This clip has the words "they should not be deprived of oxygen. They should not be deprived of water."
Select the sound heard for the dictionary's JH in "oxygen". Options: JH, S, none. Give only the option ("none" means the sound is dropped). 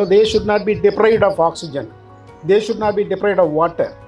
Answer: JH